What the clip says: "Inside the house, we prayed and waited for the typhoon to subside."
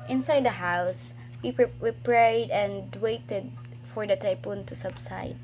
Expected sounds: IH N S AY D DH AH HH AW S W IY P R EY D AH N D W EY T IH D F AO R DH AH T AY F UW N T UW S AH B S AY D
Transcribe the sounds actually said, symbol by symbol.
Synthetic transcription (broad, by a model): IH N S AY D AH HH AW S W IY P R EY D AH N D W EY T IH D F AO R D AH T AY P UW N T UW S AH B S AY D